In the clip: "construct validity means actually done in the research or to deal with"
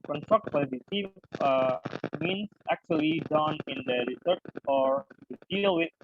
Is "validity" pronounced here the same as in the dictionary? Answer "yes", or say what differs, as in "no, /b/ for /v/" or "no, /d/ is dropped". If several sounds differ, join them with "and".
no, /s/ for /t/